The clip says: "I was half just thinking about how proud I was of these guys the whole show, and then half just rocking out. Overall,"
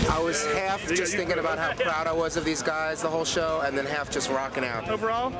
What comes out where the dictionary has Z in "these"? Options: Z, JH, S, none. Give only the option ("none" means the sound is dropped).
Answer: Z